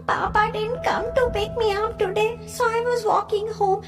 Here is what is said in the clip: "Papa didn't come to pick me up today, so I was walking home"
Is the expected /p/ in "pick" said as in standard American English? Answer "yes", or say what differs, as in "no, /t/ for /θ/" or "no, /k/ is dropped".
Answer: no, /b/ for /p/